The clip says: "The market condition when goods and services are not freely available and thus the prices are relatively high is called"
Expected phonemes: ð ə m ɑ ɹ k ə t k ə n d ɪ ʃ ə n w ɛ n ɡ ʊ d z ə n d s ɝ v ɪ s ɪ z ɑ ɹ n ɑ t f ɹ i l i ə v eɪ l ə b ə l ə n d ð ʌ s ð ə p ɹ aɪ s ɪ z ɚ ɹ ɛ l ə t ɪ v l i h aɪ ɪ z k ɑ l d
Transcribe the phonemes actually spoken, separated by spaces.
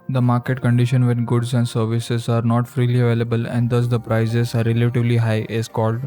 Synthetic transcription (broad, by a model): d ə m ɑ ɹ k ə t k ə n d ɪ ʃ ə n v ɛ n ɡ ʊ d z ə n d s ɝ v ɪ s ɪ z ɑ ɹ n ɑ t f ɹ i l i ə v eɪ l ə b ə l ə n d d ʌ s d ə p ɹ aɪ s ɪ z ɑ ɹ ɛ l ə t ɪ v l i h aɪ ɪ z k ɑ l d